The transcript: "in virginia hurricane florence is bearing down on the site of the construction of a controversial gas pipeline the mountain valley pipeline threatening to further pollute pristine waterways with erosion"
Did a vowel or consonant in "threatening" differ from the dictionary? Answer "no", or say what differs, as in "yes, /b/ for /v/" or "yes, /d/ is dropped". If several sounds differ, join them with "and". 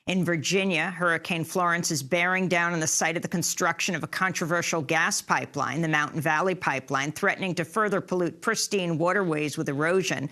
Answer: no